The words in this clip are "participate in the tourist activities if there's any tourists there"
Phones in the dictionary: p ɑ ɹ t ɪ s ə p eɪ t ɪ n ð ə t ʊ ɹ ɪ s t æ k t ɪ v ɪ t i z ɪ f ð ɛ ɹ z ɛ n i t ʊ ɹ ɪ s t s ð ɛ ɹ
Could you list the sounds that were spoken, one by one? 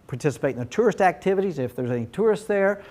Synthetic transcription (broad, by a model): p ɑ ɹ t ɪ s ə p eɪ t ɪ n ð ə t ʊ ɹ ɪ s t æ k t ɪ v ɪ t i z ɪ f ð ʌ ɹ z ɛ n i t ʊ ɹ ɪ s t s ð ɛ ɹ